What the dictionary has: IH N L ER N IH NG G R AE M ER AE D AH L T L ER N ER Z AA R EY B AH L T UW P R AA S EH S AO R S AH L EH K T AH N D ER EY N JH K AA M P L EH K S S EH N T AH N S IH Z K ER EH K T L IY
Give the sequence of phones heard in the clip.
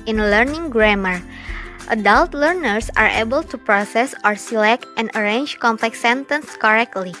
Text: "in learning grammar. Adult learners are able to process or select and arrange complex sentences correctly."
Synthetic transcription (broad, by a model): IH N L ER N IH NG G R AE M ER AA D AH L T L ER N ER S AA R EY B AH L T UW P R AA S EH S AO R S AH L EH K T AH N D ER EY N JH K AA M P L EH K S S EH N T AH N S K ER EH K T L IY